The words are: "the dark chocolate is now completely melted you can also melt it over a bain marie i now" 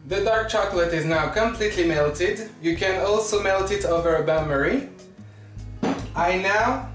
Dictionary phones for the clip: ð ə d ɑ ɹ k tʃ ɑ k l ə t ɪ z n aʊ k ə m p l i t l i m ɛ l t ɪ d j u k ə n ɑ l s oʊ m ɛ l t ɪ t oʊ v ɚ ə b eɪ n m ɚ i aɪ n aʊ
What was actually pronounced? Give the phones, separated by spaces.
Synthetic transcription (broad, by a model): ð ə d ɑ ɹ k tʃ ɑ k l ə t ɪ z n aʊ k ə m p l i t l i m ɛ l t ɪ d j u k ə n ɑ l s oʊ m ɛ l t ɪ t oʊ v ɚ ə b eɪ m ɚ i aɪ n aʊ